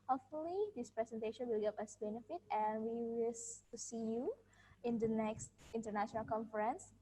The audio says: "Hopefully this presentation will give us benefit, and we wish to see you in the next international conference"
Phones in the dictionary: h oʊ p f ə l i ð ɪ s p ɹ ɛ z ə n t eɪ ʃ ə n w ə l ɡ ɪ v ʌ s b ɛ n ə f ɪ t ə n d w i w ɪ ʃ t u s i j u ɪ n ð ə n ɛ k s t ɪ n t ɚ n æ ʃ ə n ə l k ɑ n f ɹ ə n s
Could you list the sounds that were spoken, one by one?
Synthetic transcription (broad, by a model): h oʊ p f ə l i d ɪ s p ɹ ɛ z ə n t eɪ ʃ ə n w ə l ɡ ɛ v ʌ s b ɛ n ə f ɪ t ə n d w i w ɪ s t u s i j u ɪ n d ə n ɛ k s t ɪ n t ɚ n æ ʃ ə n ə l k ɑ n f ɹ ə n s